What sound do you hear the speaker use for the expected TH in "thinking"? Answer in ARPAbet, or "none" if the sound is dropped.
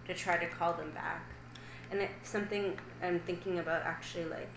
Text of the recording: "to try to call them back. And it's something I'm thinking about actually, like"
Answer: TH